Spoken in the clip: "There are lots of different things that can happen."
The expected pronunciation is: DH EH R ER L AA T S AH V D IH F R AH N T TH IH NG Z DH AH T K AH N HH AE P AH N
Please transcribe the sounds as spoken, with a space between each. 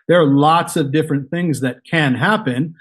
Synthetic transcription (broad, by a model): DH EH R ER L AA T S AH V D IH F R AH N TH IH NG Z DH AH T K AH N HH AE P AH N